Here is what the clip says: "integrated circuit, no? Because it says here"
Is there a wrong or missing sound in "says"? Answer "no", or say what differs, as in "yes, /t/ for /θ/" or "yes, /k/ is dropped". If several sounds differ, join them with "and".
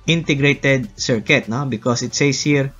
yes, /s/ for /z/